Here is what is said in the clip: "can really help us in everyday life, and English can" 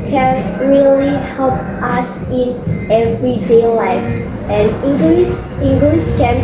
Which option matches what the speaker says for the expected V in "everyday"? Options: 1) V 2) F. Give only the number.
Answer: 1